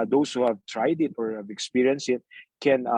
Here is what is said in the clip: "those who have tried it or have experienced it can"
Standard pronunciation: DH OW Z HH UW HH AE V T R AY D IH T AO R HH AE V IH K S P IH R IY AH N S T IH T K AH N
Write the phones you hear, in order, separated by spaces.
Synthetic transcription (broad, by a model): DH OW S HH UW HH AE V T R AY D IH T AO R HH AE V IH K S P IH R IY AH N S IH T K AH N